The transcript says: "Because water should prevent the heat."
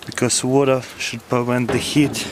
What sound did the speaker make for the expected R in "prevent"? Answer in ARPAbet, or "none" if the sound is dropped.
none